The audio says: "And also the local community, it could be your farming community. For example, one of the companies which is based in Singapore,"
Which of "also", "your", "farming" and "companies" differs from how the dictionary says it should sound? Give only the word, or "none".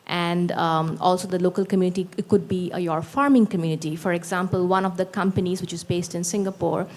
none